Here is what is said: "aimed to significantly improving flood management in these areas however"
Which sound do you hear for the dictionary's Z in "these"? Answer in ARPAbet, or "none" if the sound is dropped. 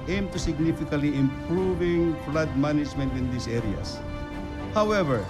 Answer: S